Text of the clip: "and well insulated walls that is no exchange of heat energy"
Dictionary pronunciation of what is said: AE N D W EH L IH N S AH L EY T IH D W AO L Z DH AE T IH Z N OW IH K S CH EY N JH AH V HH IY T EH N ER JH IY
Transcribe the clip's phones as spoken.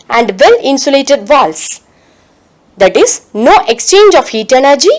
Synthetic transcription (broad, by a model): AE N D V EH L IH N S AH L EY T IH D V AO L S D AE T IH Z N OW IH K S CH EY N JH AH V HH IY T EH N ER JH IY